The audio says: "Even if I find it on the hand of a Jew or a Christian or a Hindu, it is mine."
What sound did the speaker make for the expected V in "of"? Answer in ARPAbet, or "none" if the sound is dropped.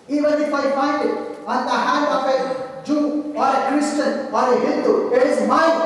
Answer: P